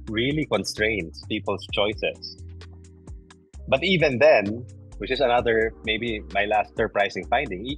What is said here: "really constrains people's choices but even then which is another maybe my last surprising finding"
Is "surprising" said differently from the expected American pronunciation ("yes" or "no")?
yes